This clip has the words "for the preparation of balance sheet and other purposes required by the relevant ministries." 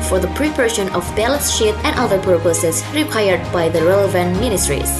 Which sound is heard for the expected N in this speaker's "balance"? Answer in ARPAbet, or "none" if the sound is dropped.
none